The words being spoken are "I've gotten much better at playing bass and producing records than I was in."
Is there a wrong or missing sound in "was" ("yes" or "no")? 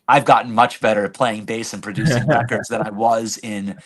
no